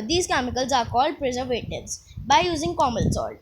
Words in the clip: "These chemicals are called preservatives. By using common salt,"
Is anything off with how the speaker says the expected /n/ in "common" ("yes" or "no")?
yes